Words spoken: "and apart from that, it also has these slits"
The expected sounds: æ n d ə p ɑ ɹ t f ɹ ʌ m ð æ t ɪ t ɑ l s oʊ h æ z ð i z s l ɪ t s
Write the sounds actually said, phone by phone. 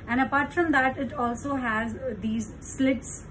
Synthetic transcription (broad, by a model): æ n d ə p ɑ ɹ t f ɹ ʌ m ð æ t ɪ t ɑ l s oʊ h æ z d i z s l ɪ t s